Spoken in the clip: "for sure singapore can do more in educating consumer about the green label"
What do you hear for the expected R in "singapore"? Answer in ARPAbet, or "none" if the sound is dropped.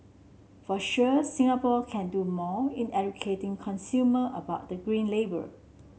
L